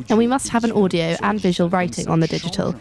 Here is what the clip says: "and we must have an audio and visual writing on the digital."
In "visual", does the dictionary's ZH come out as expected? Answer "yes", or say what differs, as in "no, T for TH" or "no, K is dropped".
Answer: yes